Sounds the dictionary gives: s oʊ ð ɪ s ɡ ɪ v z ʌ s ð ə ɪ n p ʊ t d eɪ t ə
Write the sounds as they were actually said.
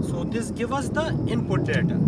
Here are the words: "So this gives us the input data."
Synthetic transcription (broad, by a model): s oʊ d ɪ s ɡ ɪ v ʌ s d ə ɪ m p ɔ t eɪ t